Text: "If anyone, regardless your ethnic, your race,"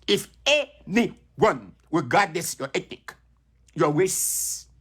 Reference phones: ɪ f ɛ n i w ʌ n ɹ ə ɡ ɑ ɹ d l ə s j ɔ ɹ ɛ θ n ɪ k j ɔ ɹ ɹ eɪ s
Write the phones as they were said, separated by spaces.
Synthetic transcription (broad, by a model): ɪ f ɛ n i w ʌ n w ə ɡ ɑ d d ə s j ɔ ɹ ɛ t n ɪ k j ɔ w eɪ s